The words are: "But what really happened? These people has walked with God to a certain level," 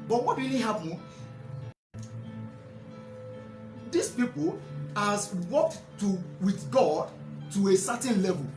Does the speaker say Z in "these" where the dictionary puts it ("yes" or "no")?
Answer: no